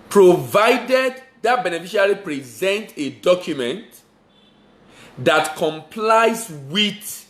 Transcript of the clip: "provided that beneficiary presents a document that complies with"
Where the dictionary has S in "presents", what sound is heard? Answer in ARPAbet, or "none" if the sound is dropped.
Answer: none